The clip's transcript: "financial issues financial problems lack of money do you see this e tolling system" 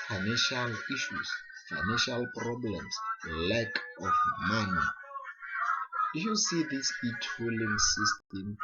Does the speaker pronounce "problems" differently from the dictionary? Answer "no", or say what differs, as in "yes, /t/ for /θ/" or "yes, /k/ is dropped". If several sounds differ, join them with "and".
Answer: yes, /s/ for /z/